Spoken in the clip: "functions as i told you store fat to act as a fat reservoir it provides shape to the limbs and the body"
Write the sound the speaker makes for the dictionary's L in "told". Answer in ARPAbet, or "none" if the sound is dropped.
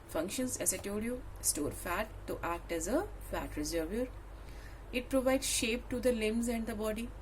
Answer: none